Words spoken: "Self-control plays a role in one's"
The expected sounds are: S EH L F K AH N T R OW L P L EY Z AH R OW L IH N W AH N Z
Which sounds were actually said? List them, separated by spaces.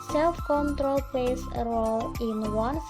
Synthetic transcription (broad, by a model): S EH L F K AH N T R OW L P EY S R OW L IH N W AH N